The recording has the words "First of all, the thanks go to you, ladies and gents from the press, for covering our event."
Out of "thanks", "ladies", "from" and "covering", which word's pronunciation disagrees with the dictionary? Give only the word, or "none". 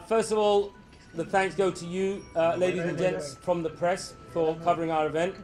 none